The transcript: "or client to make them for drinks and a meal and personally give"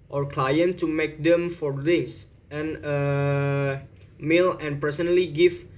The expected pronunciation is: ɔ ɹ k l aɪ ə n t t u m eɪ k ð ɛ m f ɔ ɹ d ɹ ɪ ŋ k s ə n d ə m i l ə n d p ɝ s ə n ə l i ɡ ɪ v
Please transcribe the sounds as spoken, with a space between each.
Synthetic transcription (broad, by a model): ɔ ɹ k l aɪ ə n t t u m eɪ k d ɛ m f ɔ ɹ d ɪ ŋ s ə n ə m i l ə n p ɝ s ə n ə l i ɡ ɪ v